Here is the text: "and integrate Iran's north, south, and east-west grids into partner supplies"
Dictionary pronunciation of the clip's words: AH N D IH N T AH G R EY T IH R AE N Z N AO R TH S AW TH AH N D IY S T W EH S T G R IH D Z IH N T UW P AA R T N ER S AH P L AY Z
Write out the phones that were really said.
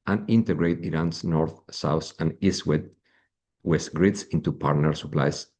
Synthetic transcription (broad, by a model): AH N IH N T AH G R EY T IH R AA N S N AO R TH S AW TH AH N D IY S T W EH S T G R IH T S IH N T UW P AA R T N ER S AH P L AY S